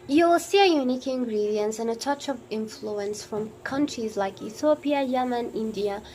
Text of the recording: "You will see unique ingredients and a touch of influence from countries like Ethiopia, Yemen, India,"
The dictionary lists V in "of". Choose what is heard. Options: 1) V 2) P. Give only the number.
1